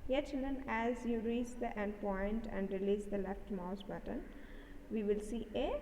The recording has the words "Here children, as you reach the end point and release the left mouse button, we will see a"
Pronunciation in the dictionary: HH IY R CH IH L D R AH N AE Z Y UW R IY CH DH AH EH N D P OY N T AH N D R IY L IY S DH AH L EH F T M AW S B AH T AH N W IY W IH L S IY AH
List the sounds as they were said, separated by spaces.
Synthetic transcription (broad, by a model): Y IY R CH IH L D R AH N AE Z Y UW R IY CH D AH EH N D P OY N T AH N D R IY L IY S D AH L EH F T M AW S B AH T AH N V IY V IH L S IY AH